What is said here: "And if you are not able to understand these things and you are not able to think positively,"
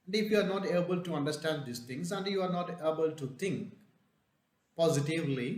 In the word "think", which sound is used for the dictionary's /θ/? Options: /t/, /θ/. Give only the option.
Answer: /t/